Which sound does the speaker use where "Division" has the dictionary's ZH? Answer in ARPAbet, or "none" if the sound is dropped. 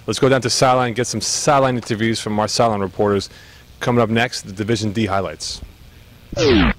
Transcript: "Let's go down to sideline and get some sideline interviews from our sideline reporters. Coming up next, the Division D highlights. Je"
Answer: ZH